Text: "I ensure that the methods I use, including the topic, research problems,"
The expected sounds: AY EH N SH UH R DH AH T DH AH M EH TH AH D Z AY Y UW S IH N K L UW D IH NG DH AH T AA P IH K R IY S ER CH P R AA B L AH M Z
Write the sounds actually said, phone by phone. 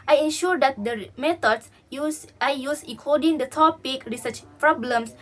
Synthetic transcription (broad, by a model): AY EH N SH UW R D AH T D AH M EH T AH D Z AY Y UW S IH K AO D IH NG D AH T AA P IH K R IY S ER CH P R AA B L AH M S